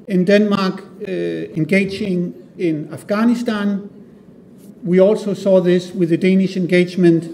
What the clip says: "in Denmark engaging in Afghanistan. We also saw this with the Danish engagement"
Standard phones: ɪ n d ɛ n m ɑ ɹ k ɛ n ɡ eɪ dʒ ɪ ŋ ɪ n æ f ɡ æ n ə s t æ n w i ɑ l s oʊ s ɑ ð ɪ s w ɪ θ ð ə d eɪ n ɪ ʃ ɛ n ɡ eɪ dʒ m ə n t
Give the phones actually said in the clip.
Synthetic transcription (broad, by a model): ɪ n d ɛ n m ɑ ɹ k ɛ n ɡ eɪ dʒ ɪ ŋ ɪ n æ f ɡ æ n ə s t æ n w i ɑ l s oʊ s ɑ ð ɪ s w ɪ ð ə d eɪ n ɪ ʃ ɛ n ɡ eɪ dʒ m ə n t